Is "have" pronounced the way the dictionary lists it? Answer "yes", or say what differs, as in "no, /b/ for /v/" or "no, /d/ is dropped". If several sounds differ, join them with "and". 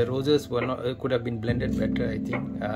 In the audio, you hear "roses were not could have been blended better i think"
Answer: yes